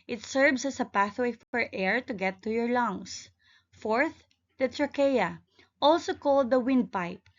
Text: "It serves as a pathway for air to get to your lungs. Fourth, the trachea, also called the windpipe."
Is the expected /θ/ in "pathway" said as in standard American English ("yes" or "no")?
yes